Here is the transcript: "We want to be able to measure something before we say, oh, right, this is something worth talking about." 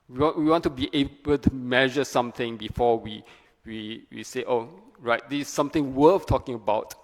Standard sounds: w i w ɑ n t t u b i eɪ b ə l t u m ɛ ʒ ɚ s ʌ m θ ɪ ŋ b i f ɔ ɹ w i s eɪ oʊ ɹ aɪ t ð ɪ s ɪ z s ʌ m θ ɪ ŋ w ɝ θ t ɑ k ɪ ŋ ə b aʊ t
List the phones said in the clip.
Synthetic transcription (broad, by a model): w i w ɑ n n t u b i eɪ b ə l t u m ɛ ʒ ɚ s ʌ m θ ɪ ŋ b i f ɔ w w i s eɪ oʊ ɹ aɪ t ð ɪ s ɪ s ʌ m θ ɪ ŋ w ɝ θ t ɑ k ɪ ŋ ə b aʊ t